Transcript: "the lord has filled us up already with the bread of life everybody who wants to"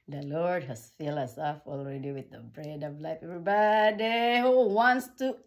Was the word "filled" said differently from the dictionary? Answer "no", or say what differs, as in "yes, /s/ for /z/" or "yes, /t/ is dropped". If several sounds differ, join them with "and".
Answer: yes, /d/ is dropped